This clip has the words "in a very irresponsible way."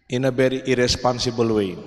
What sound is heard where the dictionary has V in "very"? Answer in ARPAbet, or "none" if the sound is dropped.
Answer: B